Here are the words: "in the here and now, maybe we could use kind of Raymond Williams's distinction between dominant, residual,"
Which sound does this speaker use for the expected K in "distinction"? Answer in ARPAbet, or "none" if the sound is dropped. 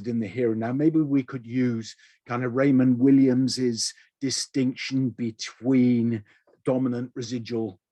K